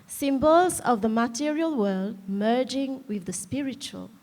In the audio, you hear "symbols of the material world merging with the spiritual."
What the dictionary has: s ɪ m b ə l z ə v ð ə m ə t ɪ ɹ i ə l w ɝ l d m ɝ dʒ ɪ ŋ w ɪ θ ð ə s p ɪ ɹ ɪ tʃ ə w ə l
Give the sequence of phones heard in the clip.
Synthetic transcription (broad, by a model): s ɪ m b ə l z ə v ð ə m ə t ɪ ɹ i ə l w ɝ l d m ɝ dʒ ɪ ŋ w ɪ ð ə s p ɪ ɹ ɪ tʃ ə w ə l